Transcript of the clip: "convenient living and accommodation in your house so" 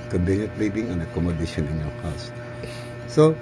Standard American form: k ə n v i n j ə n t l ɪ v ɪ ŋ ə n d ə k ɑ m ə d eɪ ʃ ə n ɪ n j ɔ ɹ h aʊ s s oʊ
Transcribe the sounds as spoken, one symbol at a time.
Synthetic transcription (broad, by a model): k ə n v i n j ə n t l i b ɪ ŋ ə n ə k ɑ m ə d eɪ ʃ ə n ɪ n j ɔ ɹ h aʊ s s oʊ